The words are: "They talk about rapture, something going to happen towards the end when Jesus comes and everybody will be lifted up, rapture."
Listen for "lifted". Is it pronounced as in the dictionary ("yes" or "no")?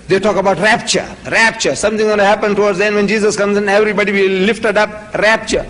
yes